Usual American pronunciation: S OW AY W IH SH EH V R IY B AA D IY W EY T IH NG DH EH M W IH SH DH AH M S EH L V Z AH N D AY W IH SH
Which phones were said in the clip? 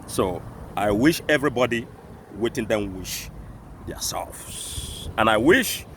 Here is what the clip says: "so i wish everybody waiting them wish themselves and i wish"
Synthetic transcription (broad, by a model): S OW AY W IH SH EH V R IY B AA D IY W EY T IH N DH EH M W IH SH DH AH S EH L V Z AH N AY W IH SH